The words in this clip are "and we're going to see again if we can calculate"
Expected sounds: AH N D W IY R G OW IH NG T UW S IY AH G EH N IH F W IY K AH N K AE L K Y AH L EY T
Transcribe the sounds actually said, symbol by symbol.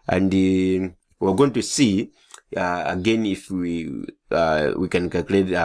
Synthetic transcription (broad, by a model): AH N D W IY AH G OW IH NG T UW S IY AH G EH N IH F W IY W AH K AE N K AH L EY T